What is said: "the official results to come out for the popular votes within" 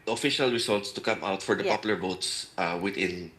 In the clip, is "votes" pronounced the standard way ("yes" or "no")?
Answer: no